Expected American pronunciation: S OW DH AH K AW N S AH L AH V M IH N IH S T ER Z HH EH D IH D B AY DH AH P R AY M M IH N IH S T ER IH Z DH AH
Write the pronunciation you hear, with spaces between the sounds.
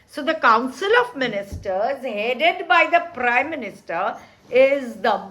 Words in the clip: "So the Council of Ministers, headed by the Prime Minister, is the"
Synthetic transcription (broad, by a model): S OW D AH K AW N S AH L AH V M IH N IH S T ER Z HH EH D IH D B AY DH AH P R AY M M IH N IH S T ER IH Z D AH